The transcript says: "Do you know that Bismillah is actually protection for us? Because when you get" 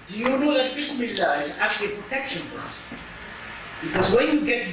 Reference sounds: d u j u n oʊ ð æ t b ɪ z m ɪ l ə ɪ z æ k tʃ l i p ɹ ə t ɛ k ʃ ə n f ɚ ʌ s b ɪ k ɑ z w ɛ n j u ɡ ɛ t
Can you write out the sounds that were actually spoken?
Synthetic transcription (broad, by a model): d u j u n oʊ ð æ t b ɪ s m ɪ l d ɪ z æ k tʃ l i p ɹ ə t ɛ k ʃ ə n p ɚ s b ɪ k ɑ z w ɛ n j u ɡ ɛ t